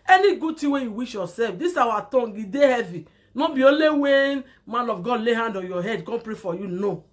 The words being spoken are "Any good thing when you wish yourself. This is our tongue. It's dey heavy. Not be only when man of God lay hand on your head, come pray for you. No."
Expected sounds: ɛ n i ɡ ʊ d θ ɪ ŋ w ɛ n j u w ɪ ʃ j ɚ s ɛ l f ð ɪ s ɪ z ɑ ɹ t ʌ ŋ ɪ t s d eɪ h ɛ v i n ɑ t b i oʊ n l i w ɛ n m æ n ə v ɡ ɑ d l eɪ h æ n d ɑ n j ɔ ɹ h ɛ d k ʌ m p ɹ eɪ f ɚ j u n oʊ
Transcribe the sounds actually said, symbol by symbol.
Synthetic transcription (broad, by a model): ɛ n i ɡ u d t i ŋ w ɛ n j u w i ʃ j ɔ s ɛ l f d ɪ s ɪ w ɑ t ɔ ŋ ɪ d eɪ h ɛ v i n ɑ b i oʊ l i w ɛ n m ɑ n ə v ɡ ɑ d l eɪ h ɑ n d ɑ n j ɔ h ɛ d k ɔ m p ɹ eɪ f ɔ j u n oʊ